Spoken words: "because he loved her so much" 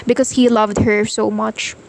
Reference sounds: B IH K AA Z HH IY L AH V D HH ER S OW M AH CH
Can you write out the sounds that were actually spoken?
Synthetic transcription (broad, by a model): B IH K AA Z HH IY L AH V D HH ER S OW M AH CH